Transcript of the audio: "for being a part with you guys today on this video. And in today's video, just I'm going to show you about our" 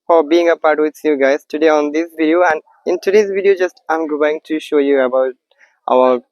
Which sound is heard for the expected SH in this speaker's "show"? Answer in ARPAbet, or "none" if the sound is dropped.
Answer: SH